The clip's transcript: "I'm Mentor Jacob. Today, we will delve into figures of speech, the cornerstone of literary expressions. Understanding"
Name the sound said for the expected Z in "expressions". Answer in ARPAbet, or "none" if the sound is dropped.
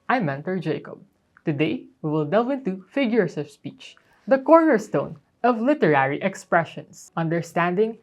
S